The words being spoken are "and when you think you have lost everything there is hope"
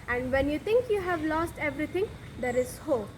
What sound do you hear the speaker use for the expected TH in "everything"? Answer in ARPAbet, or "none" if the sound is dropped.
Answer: T